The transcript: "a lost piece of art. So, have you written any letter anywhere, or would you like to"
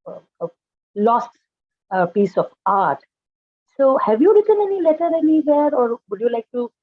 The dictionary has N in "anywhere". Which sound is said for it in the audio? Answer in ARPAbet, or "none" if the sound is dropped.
L